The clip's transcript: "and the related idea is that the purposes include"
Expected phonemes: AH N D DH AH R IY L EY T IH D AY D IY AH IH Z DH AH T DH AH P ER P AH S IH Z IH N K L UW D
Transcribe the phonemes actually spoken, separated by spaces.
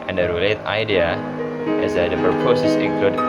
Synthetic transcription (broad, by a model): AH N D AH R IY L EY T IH IH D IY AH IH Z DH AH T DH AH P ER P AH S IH S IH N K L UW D